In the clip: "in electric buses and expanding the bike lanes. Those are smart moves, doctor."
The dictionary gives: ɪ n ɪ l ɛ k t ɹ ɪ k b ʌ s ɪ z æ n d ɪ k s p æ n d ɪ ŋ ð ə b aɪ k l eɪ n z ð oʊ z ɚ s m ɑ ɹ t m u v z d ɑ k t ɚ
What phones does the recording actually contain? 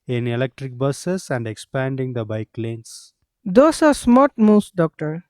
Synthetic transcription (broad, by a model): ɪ n ɪ l ɛ k t ɹ ɪ k b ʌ s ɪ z æ n d ɪ k s p æ n d ɪ ŋ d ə b aɪ k l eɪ n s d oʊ s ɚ s m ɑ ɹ t m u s d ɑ k t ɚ